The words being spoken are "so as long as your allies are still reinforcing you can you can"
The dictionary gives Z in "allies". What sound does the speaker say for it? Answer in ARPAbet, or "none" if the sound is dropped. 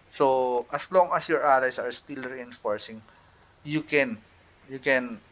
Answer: S